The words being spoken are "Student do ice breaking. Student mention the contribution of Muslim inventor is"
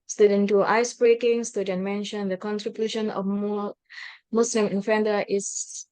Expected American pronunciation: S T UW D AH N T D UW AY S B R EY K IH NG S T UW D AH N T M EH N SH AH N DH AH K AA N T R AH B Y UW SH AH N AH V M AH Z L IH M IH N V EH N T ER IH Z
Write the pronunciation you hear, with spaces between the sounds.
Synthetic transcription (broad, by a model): S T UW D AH N T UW AY S B R EY K IH NG S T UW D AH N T M EH N SH AH N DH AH K AA N T R AH B Y UW SH AH N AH F M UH S L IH M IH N F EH N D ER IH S